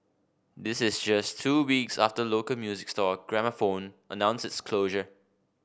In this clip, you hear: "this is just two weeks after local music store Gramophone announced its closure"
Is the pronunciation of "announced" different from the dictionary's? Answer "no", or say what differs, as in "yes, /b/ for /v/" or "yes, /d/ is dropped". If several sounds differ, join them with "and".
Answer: yes, /t/ is dropped